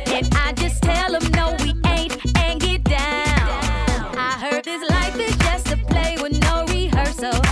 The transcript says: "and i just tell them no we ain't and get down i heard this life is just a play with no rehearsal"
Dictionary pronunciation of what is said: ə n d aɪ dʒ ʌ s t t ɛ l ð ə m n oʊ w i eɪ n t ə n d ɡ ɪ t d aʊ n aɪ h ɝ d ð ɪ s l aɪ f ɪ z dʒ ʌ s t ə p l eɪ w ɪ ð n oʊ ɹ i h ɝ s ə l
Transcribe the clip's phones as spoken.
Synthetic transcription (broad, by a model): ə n aɪ dʒ ʌ s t t ɛ l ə m n oʊ w i eɪ n t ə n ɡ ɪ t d aʊ n aɪ h ɝ d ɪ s l aɪ f ɪ z dʒ ʌ s t ə p l eɪ w ɪ ð n oʊ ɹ i h ɝ s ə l